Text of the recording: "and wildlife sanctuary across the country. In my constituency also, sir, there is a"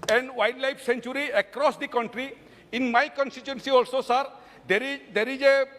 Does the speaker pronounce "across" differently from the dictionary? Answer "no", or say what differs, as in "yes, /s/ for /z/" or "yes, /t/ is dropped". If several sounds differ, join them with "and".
no